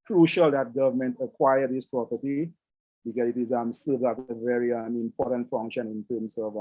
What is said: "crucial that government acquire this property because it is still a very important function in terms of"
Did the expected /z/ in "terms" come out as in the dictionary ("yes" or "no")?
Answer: no